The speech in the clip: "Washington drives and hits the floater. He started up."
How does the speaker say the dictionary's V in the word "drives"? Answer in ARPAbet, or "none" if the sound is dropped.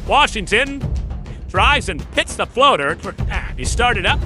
none